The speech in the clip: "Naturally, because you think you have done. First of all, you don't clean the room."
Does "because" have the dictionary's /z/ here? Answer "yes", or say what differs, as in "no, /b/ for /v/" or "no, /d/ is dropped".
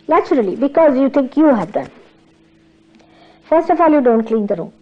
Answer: yes